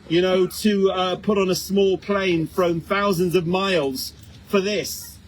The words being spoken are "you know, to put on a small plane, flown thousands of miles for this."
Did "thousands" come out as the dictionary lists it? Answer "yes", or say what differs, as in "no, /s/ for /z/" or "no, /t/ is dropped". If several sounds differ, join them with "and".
yes